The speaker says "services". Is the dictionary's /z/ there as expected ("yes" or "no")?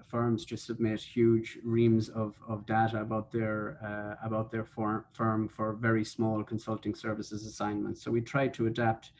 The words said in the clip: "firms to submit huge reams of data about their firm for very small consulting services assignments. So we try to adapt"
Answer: yes